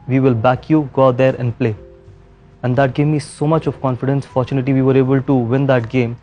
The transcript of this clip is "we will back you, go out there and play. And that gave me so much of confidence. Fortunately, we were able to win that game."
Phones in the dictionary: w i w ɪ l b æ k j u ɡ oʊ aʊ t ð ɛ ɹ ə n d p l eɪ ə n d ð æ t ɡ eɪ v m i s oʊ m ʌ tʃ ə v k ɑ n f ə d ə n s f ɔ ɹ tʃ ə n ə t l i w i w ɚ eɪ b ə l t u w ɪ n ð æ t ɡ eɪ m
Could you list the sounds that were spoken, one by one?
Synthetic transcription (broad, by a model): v i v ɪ l b æ k j u ɡ oʊ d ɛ ɹ ə n d p l eɪ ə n d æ t ɡ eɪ m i s oʊ m ʌ tʃ ə v k ɑ n f ə d ə n s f ɔ ɹ tʃ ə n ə t i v i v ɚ eɪ b ə l t u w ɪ n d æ t ɡ eɪ m